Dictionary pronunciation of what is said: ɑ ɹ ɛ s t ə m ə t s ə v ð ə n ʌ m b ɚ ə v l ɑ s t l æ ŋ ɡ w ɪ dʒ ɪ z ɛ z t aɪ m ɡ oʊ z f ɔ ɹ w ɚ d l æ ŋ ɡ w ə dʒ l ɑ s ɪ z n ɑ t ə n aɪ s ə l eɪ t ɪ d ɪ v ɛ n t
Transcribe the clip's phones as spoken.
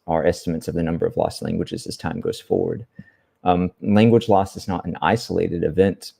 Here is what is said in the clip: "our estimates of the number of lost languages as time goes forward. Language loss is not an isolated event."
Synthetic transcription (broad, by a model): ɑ ɹ ɛ s t ə m ə t s ə v ð ə n ʌ m b ɚ ə v l ɑ s t l æ ŋ ɡ w ɪ dʒ ɪ z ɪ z t aɪ m ɡ oʊ z f ɔ ɹ w ɚ d l æ ŋ ɡ w ə dʒ l ɑ s ɪ z n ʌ t n aɪ s ə l eɪ t ɪ d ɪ v ɛ n t